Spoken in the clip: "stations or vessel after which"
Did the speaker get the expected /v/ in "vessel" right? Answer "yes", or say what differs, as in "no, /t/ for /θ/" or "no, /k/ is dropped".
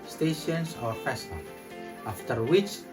no, /f/ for /v/